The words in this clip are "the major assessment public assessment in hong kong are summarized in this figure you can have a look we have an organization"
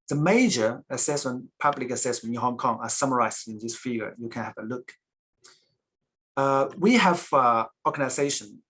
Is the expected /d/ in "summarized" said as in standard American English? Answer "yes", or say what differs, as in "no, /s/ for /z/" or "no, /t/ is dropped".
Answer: no, /d/ is dropped